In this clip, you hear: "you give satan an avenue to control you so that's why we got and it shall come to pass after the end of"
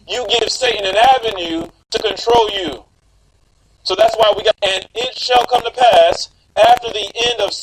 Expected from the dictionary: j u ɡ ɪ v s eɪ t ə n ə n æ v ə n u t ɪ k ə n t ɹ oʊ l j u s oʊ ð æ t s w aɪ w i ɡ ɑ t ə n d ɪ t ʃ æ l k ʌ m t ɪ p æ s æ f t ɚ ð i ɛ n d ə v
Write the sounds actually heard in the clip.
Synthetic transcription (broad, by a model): j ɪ ɡ ɪ v s eɪ t n ə n æ v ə n u t ɪ k ə n t ɹ oʊ l j u s oʊ ð æ t s w aɪ w i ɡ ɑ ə n ɪ t ʃ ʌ l k ʌ m t ɪ p æ s æ f t ɚ ð i ɛ n d ə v